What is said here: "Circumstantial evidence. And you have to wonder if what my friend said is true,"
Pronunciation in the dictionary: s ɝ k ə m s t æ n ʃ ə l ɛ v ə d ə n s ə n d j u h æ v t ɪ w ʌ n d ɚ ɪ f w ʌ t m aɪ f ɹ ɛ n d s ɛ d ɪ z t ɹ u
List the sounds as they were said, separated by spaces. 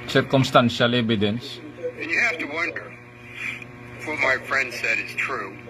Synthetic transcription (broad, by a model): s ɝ k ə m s t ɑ n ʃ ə l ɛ b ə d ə n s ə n j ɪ h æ f t ɪ w ʌ n d ɚ f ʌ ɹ m aɪ f ɹ ɛ n d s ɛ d ɪ z t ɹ u